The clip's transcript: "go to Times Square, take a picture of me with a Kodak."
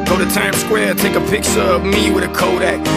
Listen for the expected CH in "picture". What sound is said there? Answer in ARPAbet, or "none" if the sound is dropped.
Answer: S